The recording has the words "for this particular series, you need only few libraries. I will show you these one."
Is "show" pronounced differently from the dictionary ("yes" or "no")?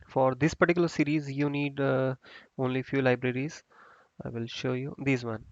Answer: no